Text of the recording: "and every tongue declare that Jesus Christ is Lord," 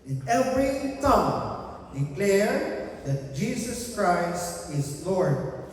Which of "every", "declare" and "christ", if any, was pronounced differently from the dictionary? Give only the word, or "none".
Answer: none